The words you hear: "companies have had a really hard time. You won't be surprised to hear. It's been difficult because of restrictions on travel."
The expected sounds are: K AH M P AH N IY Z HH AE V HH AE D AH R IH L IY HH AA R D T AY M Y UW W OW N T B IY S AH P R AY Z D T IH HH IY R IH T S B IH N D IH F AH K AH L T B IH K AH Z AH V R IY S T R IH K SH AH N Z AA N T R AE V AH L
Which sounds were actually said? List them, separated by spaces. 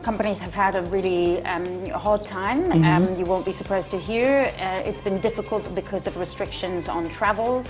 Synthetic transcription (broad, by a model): K AH M P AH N IY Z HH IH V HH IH D AH R IH L IY HH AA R D T AY M Y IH W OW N B IY S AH P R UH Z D T IH HH IY R IH T S B IH N D IH F AH K AH L T B IH K AH Z AH V R IY S T R IH K SH AH N Z N T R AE V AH L